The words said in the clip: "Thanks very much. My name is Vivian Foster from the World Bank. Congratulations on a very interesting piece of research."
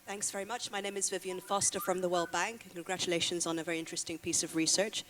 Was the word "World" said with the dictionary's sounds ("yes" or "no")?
yes